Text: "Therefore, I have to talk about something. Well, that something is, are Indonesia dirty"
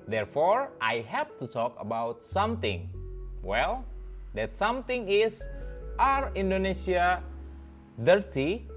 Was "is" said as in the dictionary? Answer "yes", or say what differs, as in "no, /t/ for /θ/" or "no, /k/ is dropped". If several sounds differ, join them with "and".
no, /s/ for /z/